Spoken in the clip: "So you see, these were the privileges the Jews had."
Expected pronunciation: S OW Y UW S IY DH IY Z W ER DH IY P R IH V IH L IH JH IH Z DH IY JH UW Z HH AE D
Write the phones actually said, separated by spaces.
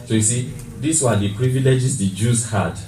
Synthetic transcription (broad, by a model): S OW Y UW S IY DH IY S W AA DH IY P R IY V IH L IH JH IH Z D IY JH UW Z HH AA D